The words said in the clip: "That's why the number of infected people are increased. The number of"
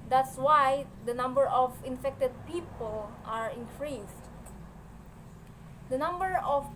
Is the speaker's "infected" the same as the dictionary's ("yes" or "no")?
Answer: yes